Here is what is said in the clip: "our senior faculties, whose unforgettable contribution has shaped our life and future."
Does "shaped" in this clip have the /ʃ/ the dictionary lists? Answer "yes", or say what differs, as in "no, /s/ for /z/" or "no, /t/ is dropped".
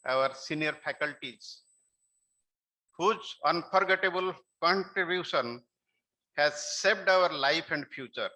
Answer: no, /s/ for /ʃ/